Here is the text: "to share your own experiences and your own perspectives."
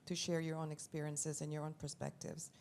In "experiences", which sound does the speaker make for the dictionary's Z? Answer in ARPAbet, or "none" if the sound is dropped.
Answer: Z